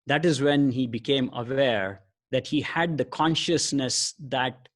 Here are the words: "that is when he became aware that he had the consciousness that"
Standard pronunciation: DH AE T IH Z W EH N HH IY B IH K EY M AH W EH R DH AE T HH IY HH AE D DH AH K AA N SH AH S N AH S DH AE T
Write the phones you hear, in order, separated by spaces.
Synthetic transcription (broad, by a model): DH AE T IH Z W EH N HH IY B IH K EY M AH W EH R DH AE T HH IY HH AE D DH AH K AA N SH AH S N AH S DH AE T